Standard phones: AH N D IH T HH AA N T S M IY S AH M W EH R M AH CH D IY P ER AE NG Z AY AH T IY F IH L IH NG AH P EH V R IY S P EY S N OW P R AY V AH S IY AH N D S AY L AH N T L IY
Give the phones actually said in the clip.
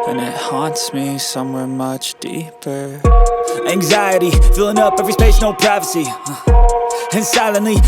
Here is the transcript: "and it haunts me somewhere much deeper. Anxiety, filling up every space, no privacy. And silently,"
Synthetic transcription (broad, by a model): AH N IH T HH AA N T S M IY S AH M W EH R M AH CH D IY P ER AE NG Z AY AH T IY F IH L IH NG AH P EH V R IY S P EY SH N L P R AY V AH S IY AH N S AY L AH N L IY